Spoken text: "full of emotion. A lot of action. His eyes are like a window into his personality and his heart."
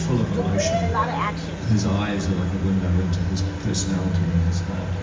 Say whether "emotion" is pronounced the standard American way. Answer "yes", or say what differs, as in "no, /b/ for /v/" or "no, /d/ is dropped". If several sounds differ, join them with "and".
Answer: no, /ʃ/ is dropped